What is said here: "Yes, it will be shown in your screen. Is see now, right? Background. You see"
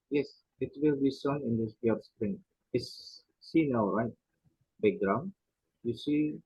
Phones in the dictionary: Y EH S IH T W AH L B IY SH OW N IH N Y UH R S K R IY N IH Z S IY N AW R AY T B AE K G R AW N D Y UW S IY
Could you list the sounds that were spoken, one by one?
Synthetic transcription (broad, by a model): Y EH S IH T W AH L B IY S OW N IH N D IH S S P R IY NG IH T S IY N AW R AY T B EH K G R AW N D Y UW S IY